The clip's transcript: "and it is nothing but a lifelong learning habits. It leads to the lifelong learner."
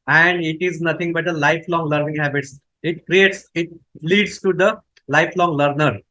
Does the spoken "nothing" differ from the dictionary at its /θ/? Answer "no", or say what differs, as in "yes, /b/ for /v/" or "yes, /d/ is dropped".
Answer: yes, /t/ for /θ/